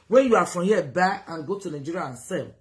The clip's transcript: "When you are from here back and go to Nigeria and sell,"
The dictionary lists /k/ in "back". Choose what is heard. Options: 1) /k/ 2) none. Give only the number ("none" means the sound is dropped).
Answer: 2